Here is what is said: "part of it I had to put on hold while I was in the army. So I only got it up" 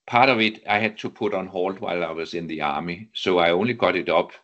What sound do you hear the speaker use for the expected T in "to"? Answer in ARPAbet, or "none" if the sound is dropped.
S